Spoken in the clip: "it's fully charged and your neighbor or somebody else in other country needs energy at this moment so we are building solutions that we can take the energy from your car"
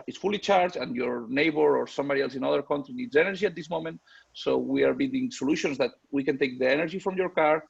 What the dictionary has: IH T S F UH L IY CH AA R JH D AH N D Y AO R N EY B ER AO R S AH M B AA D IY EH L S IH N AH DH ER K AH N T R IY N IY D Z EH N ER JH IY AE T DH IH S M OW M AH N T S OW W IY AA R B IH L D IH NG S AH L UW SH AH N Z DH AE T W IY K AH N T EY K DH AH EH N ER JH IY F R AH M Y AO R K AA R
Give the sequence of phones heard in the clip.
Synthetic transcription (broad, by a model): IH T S F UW L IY CH AA R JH AH N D Y AO R N EY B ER AO R S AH M B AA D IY EH L S IH N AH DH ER K AH N T R IY N IY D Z EH N ER JH IY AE T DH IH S M OW M AH N T S OW W IY AA R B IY D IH NG S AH L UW SH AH N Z DH AE T W IY K AH N T EY K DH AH EH N ER JH IY F R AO M Y AO R K AA R